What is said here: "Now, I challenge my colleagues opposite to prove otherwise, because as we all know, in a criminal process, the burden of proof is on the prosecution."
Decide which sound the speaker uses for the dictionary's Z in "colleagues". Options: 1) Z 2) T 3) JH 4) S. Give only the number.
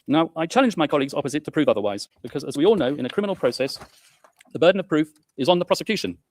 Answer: 1